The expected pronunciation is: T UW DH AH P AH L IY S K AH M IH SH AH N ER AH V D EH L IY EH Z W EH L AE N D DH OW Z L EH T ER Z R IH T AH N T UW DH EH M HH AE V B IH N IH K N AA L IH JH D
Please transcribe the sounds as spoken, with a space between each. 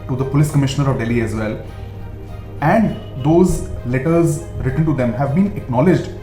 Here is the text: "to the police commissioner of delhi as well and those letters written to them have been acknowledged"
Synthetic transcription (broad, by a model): T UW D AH P AH L IY S K AH M IH SH AH N ER AH V D EH L IY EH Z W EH L AE N D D OW Z L EH T ER Z R IH T AH N T UW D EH M HH AE V B IH N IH K N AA L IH JH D